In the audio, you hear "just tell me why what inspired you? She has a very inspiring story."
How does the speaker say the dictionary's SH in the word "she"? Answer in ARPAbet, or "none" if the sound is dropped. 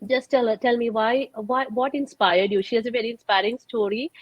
SH